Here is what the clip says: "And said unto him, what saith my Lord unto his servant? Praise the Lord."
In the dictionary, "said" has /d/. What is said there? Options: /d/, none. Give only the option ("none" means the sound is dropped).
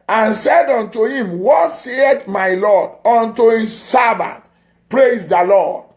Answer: /d/